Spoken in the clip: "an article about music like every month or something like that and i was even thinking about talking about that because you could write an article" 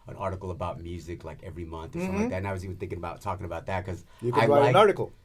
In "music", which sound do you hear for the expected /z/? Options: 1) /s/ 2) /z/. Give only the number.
2